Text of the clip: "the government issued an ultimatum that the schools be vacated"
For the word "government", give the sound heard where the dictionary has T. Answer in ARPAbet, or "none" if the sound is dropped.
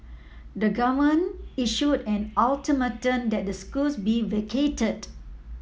none